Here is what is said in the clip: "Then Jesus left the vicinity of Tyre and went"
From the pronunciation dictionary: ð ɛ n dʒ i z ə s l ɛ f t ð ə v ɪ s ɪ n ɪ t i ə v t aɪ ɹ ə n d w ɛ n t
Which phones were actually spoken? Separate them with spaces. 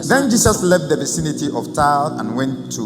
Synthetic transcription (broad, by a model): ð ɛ n dʒ i s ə s l ɛ f t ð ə v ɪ s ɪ n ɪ t i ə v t aɪ l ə n w ɛ n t